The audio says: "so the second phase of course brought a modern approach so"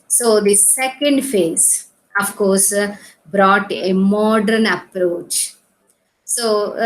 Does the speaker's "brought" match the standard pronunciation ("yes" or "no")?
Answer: yes